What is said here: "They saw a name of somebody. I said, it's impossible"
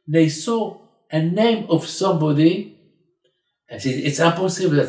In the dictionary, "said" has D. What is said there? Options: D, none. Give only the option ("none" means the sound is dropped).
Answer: none